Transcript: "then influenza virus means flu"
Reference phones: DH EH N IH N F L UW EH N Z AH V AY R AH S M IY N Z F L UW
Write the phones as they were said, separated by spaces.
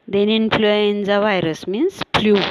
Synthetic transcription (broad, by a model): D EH N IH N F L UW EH N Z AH V AY R AH S M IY N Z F L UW